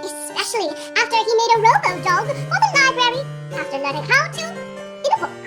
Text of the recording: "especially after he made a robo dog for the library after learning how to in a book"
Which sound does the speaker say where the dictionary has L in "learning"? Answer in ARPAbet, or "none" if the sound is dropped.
N